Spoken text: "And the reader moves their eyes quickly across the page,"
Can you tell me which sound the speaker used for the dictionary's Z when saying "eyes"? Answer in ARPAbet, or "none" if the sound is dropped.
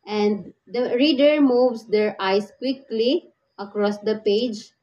S